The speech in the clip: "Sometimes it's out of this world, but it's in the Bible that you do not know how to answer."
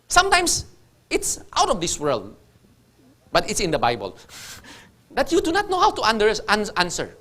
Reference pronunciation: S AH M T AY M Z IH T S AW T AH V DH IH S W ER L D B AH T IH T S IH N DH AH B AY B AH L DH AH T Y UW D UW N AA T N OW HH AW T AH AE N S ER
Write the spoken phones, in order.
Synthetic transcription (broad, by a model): S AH M T AY M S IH T S AW T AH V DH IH S W ER L D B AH T IH T S IH N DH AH B AY B AH L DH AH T Y UW D UW N AA T N OW HH AW T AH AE N S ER